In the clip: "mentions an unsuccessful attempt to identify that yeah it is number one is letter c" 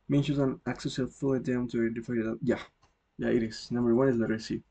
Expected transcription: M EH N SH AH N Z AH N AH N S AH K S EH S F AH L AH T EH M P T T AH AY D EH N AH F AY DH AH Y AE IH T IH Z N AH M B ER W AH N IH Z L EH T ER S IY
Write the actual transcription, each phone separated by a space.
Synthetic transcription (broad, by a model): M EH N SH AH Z AH N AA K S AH S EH F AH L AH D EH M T T AH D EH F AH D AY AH Y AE IH T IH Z N AH M B ER W AH N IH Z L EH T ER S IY